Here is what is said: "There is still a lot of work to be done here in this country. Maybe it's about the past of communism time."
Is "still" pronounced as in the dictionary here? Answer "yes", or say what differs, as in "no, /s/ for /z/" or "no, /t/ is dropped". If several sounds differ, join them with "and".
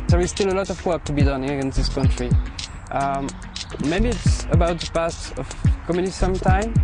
yes